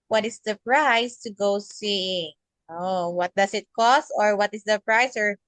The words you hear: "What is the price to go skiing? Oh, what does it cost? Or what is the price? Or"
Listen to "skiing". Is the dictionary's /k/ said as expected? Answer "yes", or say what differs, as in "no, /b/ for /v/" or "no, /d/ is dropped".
no, /k/ is dropped